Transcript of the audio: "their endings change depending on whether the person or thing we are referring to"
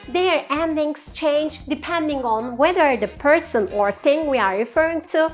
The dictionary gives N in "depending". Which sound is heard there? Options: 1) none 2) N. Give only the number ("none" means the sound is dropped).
2